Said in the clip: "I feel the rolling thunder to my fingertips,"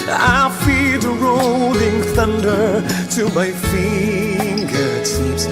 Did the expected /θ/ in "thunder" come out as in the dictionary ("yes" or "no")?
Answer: yes